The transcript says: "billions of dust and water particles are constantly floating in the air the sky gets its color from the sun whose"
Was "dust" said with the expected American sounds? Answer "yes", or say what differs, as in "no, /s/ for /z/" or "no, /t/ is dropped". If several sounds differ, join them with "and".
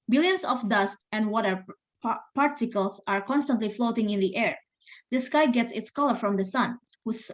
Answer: yes